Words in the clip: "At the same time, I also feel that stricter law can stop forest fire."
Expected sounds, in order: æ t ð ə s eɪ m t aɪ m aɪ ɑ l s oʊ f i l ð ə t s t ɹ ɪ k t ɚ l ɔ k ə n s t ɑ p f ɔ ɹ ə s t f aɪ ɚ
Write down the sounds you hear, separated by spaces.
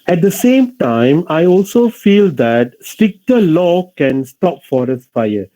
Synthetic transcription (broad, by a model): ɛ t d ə s eɪ m t aɪ m aɪ ɑ l s oʊ f i l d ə t s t ɪ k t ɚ l ɔ k ə n s t ɑ p f ɔ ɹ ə s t f aɪ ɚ